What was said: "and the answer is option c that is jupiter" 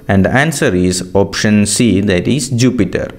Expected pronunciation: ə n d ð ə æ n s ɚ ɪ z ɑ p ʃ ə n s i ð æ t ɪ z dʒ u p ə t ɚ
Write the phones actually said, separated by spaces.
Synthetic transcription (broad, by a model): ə n d æ n s ɚ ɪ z ɑ p ʃ ə n s i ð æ t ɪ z dʒ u p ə t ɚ